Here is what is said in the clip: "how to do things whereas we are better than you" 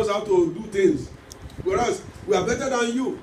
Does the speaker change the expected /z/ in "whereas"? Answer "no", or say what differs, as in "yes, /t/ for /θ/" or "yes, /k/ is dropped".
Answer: yes, /s/ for /z/